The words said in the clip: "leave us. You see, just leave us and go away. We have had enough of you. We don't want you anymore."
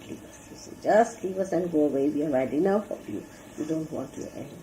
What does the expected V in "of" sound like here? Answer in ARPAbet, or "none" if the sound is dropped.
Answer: P